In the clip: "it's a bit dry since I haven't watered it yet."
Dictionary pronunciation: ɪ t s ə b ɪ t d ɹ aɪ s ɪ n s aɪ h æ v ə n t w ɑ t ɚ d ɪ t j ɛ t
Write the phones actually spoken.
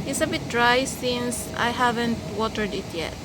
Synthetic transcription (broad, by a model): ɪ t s ə b ɪ t d ɹ aɪ s ɪ n s aɪ h æ v ə n t w ɑ t ɚ d ɪ t j ɛ t